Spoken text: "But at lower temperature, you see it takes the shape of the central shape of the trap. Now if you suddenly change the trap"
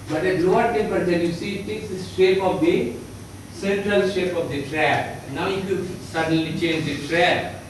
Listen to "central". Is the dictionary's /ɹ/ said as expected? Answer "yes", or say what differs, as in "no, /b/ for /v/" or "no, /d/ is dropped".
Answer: yes